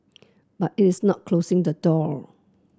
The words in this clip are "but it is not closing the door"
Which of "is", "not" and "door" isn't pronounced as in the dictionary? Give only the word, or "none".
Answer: is